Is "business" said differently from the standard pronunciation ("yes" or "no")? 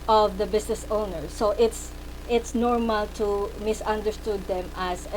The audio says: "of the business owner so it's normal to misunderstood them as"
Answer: yes